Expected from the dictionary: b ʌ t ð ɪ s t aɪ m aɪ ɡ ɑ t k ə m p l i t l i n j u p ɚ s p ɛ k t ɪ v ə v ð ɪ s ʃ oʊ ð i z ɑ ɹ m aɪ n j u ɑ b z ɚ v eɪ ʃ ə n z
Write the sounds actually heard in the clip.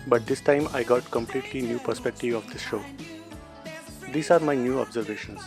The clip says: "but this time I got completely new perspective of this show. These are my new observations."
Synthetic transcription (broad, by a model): b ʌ t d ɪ s t aɪ m aɪ ɡ ɑ t k ə m p l i t l i n j u p ɚ s p ɛ k t ɪ v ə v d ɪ s ʃ oʊ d i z ɑ ɹ m aɪ n j u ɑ b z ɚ v eɪ ʃ ə n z